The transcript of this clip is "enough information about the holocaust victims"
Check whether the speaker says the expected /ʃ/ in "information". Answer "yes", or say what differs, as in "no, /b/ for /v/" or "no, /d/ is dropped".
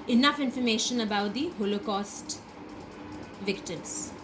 yes